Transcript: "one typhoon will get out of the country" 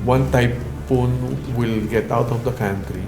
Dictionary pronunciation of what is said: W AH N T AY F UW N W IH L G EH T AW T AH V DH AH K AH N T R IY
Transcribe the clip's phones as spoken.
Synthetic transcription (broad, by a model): W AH N T AY P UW N W IH L G EH T AW T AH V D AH K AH N T R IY